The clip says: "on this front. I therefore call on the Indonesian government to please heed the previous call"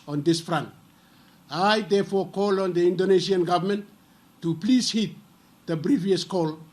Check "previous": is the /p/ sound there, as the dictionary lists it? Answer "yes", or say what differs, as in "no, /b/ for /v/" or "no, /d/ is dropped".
no, /b/ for /p/